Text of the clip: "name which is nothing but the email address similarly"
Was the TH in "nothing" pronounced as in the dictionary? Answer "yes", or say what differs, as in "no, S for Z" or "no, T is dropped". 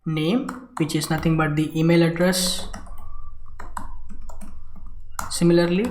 no, T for TH